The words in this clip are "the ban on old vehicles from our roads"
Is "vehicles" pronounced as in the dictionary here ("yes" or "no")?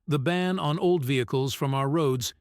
yes